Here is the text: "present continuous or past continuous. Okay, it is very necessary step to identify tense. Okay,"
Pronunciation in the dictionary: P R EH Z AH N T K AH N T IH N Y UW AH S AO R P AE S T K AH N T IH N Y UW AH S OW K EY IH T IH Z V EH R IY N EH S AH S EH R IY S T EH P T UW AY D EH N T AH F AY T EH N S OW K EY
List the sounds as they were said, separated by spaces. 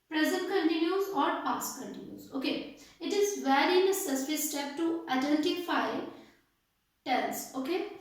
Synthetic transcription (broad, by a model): P R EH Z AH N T K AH N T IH N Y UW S AO R P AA S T K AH N T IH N Y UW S OW K EY IH T IH Z V EH R IY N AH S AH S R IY S T EH P T UW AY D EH N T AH F AY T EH L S OW K EY